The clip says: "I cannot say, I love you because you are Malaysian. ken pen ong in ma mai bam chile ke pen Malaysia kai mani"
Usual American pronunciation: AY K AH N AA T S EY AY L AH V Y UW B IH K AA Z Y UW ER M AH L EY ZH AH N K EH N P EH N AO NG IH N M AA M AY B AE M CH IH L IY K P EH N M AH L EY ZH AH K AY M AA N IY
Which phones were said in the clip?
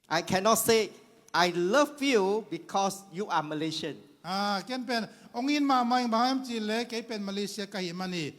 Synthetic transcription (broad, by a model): AY K AH N AA T S EY AY L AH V Y UW B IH K AA S Y UW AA M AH L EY SH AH N K EH N P EH N AO NG IH N M AA M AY B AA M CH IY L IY K P EH N M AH L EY S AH K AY M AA N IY